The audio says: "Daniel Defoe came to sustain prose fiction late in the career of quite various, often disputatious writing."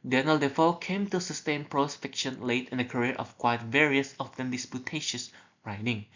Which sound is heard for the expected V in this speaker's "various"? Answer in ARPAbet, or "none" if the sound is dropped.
V